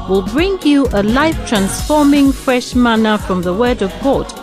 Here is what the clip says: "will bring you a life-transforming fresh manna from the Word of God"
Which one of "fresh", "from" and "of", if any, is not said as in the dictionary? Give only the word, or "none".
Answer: none